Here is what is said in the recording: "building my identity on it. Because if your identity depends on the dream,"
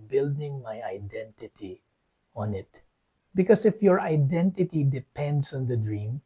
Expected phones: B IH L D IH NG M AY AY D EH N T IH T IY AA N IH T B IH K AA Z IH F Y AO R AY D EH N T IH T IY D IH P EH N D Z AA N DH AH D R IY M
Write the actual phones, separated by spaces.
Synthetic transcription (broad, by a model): B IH L D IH NG M AY AY D EH N T IH T IY AA N IH T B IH K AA S IH F Y AO R AY D EH N T IH T IY D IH P EH N D S AA N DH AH D R IY M